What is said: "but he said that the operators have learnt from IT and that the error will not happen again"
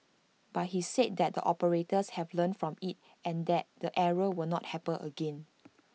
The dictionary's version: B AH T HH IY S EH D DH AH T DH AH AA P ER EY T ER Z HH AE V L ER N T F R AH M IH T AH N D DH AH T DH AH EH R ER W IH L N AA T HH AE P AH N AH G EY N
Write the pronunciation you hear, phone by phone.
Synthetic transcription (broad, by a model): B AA T HH IY S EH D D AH T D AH AA P ER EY T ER S HH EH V L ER N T F R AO M IH T AH N D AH T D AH EH R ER W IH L N AA T HH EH P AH AH G EY N